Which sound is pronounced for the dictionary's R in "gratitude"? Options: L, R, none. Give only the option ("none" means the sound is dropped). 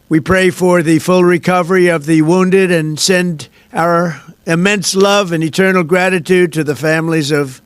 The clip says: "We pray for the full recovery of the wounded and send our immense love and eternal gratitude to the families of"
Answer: R